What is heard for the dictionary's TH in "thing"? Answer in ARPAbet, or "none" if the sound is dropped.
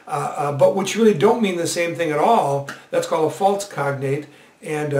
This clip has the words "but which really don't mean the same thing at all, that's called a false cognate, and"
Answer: TH